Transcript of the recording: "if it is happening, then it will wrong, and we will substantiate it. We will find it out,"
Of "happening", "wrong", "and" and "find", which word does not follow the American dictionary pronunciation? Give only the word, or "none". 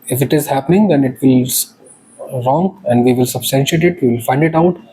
none